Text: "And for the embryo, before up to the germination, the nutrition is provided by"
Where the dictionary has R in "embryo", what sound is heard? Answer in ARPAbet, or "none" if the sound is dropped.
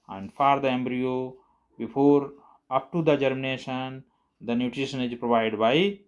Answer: R